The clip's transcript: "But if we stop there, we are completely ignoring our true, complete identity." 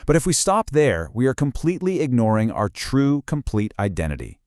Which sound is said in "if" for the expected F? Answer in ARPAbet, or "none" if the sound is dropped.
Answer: F